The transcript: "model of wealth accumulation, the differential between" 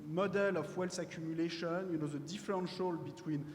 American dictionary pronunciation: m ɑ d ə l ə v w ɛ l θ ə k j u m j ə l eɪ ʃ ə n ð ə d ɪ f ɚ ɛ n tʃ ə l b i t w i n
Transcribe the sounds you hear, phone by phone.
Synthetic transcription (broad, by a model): m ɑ d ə l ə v w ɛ l s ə k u m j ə l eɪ ʃ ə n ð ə d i f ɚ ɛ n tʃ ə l b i t w i n